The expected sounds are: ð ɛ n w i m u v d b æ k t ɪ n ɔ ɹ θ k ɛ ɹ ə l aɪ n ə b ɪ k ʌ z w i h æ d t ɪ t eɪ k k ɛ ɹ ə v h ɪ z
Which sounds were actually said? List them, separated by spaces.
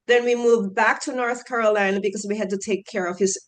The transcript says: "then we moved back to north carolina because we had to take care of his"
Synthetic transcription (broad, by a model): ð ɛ n w i m u v b æ k t ɪ n ɔ ɹ θ k ɛ ɹ ə l aɪ n ə b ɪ k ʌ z w i h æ d t ɪ t eɪ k k ɛ ɹ ə v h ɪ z